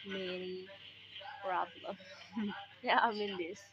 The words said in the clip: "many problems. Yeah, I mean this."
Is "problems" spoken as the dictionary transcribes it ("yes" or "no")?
no